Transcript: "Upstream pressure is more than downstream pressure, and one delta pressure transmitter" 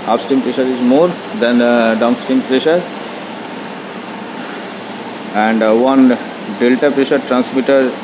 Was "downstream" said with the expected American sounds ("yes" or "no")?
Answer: no